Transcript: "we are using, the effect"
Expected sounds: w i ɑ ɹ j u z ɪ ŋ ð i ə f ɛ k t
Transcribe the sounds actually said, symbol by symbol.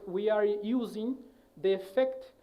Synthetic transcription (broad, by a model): w i ɑ ɹ j u z ɪ ŋ ð i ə f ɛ k t